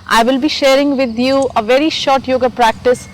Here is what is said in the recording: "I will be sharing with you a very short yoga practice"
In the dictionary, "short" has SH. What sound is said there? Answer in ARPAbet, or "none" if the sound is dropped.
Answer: SH